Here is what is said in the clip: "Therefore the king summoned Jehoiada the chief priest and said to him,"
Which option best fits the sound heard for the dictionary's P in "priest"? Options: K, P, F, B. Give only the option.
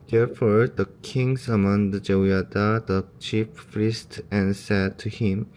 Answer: F